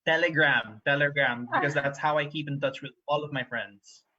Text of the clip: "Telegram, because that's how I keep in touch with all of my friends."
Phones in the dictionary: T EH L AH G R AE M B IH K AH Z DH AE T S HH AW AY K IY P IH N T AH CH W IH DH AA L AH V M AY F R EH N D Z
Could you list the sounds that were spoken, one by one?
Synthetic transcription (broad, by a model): T EH L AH G R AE M B IH K AH Z DH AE T S HH AW AY K IY P IH N T AH CH W IH DH AA L AH V M AY F R EH N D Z